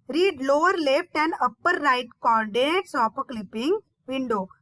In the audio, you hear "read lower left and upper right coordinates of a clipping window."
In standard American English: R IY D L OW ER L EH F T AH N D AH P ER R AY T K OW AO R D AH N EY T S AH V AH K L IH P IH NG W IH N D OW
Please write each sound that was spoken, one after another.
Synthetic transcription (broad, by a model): R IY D L OW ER L EH F T AH N D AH P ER R AY T K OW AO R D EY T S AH P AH K L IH P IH NG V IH N D OW